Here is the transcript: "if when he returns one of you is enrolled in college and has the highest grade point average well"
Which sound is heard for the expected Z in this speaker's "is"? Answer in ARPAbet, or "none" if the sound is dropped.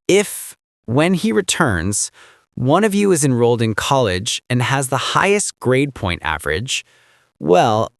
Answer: Z